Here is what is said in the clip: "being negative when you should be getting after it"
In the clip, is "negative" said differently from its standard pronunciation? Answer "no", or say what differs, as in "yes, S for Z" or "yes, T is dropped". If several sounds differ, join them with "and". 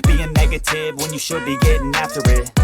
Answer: no